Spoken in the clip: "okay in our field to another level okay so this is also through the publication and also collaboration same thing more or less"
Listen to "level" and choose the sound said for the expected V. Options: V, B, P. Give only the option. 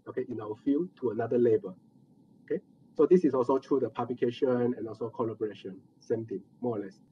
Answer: B